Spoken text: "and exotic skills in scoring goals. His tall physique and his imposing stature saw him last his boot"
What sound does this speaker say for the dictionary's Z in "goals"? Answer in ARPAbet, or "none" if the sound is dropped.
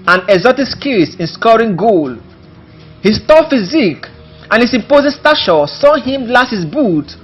none